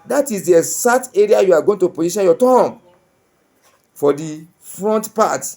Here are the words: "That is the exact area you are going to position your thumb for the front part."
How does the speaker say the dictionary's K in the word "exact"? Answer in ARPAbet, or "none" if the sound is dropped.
none